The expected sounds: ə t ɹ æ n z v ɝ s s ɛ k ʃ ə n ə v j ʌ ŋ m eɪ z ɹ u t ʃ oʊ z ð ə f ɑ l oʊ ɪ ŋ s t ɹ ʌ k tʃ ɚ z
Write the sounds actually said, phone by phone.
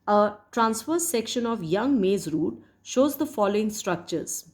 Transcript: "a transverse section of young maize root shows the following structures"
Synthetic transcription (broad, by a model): ə t ɹ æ n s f ɝ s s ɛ k ʃ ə n ə v j ʌ ŋ m eɪ z ɹ u t ʃ oʊ z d ə f ɑ l oʊ ɪ ŋ s t ɹ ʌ k tʃ ɚ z